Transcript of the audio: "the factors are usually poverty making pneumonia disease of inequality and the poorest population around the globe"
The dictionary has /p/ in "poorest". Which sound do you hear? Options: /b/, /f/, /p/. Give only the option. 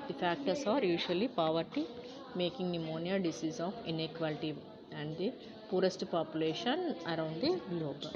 /p/